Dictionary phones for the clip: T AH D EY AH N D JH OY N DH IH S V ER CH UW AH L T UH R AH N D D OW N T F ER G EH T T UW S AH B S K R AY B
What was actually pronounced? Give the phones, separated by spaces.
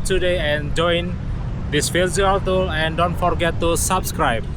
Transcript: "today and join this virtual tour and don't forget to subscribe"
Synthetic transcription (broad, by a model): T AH D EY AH N JH OY N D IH S F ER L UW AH L T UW L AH N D D OW N T F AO G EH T T UW S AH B S K R AY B